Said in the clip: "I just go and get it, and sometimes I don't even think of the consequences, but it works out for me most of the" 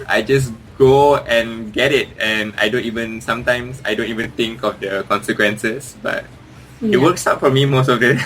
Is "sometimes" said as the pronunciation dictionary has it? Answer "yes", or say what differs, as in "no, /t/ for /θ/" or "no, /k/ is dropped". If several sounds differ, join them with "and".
no, /s/ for /z/